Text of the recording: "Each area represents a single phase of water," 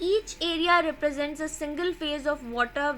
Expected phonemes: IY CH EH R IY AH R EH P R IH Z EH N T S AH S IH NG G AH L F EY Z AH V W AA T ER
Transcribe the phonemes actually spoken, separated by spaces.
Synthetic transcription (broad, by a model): IY CH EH R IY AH R EH P R IH Z EH N T S AH S IH NG G AH L F EY Z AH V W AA T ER